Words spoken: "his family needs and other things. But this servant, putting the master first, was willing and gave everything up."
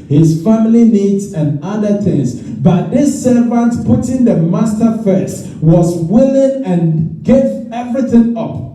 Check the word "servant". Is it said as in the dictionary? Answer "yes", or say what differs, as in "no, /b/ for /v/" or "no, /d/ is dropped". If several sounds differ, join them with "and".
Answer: yes